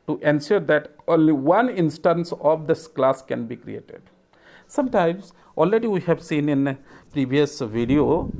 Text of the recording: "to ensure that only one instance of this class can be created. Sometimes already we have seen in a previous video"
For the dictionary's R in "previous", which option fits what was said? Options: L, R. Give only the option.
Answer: R